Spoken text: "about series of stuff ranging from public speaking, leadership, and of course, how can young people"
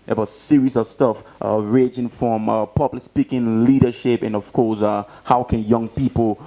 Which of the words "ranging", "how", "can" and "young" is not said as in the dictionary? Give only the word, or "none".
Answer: ranging